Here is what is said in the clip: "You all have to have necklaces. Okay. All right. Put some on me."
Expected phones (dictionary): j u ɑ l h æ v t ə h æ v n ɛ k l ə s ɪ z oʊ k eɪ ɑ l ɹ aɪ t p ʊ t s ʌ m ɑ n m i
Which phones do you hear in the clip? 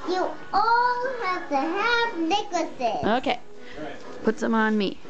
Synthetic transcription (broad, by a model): j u ɑ l h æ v t ə h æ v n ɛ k ə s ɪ oʊ k eɪ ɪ p ʊ t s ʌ m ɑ n m i